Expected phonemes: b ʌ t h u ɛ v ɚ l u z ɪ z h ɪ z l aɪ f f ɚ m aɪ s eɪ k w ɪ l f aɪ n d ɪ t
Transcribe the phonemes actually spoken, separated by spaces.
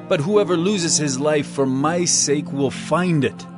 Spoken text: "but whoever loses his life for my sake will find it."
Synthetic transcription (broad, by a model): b ʌ t h u ɛ v ɚ l u z ɪ z h ɪ z l aɪ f f ɚ m aɪ s eɪ k w ɪ l f aɪ n d ɪ t